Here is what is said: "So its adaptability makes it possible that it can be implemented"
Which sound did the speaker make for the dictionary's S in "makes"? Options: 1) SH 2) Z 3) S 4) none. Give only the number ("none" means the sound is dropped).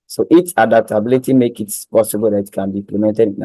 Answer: 4